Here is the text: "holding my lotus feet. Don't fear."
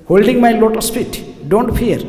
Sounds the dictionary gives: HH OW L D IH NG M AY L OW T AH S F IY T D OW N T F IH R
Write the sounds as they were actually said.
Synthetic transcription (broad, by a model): HH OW L D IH NG M AY L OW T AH S P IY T D OW N T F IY R